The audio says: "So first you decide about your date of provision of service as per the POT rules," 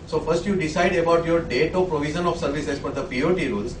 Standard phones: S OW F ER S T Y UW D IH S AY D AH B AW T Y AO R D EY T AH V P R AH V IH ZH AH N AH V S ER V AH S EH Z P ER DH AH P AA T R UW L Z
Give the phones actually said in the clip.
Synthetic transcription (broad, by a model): S OW F ER S T Y UW D IH S AY D AH B AW T Y AO R D EY T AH P R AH V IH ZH AH N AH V S ER V AH S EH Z F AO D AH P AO T R UW L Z